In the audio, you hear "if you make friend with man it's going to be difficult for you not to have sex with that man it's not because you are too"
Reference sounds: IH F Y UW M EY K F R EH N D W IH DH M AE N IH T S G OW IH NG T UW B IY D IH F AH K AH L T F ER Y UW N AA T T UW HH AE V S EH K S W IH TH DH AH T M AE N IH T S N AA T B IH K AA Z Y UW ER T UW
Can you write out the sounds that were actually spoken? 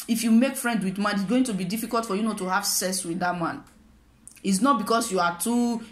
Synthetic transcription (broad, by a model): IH F Y UW M EY K F R EH N D W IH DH M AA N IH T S G OW IH NG T UW B IY D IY F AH K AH L T F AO Y UW N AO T T UW HH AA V S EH S W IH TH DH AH T M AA N IH T S N AA T B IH K AA S Y UW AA T UW